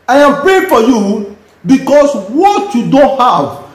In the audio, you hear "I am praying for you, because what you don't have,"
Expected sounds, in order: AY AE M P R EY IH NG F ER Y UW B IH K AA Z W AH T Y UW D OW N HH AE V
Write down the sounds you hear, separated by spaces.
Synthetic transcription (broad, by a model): AY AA M P R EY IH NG F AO Y UW B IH K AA S W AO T Y UW D OW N HH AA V